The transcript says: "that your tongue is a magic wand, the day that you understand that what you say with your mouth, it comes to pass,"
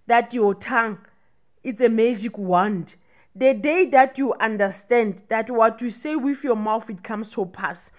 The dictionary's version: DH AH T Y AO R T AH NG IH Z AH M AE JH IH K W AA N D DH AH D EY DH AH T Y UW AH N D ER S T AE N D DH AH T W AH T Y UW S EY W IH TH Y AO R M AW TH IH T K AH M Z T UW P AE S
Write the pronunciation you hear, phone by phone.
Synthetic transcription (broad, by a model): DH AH T Y AO T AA NG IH S AH M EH JH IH K W AA N D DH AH D EY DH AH T Y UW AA N D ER S T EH N D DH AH T W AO T Y UW S EY W IH TH Y AO M AW TH IH T K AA M S T UW P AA S